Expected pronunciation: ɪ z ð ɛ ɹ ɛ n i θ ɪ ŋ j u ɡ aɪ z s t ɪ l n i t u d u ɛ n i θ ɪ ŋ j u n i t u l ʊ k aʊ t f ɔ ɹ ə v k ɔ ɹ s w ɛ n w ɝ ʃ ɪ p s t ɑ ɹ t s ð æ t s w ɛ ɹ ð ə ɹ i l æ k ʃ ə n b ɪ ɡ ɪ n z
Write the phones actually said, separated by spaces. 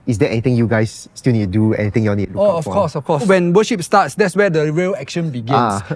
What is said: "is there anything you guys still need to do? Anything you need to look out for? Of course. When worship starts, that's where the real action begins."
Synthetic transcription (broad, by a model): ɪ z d ɛ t ɛ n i t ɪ ŋ j u ɡ aɪ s t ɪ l n i t u d u ɛ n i t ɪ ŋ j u n i t u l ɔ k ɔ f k ɔ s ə f k ɔ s w ɛ n w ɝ ʃ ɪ p s t ɑ t s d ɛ t s w ɛ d ə ɹ i l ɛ k ʃ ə n b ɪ ɡ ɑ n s